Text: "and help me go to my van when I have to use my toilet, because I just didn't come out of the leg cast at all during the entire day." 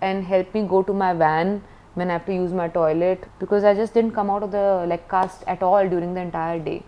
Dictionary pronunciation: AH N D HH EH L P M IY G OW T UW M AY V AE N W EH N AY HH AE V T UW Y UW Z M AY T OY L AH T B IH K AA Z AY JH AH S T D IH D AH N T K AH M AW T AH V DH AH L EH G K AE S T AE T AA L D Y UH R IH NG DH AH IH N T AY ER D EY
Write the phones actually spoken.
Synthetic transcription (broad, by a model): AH N D HH EH L P M IY G OW T UW M AY V AE N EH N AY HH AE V T UW Y UW Z M AY T OY L AH T B IH K AA Z AY JH AH S T D IH D AH N T K AH M AW T AH V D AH L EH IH K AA S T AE T AA L D Y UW R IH NG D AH IH N T AY ER D EY